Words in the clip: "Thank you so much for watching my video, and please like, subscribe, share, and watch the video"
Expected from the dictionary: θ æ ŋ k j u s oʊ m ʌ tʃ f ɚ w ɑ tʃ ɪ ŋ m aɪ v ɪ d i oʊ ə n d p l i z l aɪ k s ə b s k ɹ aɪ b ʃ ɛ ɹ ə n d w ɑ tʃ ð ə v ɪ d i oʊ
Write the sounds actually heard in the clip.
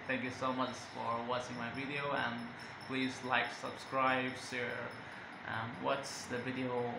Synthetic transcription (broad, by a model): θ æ ŋ k j u s oʊ m ʌ tʃ f ɚ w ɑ s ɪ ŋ m aɪ v ɪ d i oʊ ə n p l i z l aɪ k s ə b s k ɹ aɪ b s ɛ ɹ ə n w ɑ s ð ə v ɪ d i oʊ